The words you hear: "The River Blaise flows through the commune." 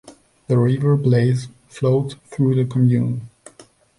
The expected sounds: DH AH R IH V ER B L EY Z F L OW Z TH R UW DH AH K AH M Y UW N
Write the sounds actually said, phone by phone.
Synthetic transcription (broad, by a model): DH AH R IH V ER B L EY Z F L OW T TH R UW DH AH K AH M Y UW N